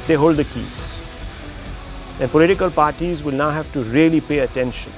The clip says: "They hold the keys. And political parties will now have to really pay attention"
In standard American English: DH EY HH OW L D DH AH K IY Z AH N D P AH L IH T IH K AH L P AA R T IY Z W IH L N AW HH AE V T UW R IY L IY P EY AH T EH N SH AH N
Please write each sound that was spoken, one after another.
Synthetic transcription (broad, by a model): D EY HH OW L D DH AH K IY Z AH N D P AH L IH T IH K AH L P AA R T IY Z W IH L N AW HH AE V T UW R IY L IY P EY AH T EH N SH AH N